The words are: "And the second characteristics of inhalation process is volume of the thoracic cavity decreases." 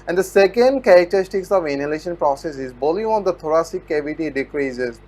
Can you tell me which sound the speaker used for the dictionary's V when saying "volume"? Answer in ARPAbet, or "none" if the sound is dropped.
B